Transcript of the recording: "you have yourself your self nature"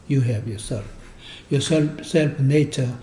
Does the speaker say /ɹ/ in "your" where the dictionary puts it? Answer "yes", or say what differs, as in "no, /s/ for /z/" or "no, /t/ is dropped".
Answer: no, /l/ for /ɹ/